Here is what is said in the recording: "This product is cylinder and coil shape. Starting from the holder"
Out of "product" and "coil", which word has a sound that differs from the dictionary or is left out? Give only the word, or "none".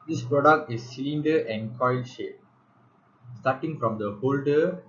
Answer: none